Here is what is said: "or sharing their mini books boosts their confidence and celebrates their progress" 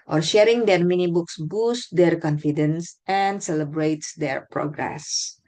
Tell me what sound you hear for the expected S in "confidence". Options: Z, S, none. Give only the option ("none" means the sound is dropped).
S